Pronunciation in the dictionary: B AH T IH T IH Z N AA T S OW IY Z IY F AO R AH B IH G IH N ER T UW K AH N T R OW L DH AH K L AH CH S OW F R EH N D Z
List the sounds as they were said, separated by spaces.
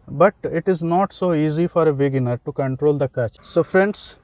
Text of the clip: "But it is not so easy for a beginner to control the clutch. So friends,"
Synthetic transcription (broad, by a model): B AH T IH T IH Z N AA T S OW IY Z IY F AO R AH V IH G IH N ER T UW K AH N T R OW L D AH K AH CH S OW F R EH N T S